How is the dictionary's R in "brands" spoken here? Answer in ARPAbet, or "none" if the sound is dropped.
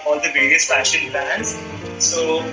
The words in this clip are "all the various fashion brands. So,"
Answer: none